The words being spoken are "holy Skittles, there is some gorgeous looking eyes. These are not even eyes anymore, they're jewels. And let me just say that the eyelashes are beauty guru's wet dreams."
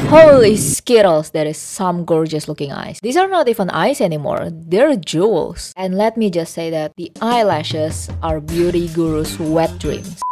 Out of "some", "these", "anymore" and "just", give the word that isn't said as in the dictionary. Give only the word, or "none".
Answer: these